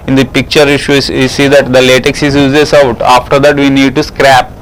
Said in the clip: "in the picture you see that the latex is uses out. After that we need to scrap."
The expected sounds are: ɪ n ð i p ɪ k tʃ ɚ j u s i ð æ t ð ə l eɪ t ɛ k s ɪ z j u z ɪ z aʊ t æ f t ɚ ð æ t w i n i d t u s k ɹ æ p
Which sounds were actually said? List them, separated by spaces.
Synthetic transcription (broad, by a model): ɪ n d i p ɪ k tʃ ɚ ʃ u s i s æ t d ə l eɪ t ɛ k s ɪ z j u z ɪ s aʊ t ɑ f t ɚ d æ t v i n i d t u s k ɹ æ p